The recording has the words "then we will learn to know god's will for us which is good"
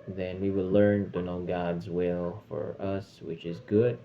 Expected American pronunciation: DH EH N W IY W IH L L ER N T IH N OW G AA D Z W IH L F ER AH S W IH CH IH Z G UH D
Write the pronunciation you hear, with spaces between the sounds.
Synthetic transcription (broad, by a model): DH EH N W IY W IH L L ER N T IH N OW G AA D Z W IH L F ER AH S W IH CH IH Z G UH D